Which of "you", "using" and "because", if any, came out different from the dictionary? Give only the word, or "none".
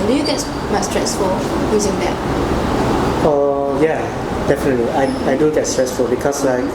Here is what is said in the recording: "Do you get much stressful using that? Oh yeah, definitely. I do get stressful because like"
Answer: because